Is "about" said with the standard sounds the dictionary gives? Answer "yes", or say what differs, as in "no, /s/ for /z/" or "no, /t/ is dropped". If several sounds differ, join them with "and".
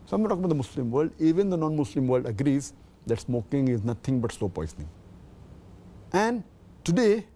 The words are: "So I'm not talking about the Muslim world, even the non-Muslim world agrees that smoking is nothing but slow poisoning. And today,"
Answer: no, /b/ is dropped